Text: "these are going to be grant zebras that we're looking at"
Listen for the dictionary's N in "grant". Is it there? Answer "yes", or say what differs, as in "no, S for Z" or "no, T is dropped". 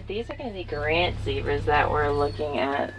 yes